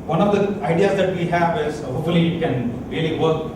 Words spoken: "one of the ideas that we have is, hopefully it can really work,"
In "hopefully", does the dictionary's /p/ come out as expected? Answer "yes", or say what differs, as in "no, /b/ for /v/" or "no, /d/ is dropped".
no, /p/ is dropped